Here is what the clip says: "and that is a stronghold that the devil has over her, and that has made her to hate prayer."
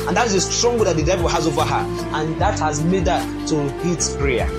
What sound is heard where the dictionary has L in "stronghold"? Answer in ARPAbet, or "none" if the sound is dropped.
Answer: none